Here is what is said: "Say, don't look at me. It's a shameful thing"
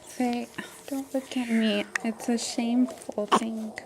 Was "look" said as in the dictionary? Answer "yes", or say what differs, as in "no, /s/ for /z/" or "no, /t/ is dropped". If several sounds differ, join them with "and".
no, /w/ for /l/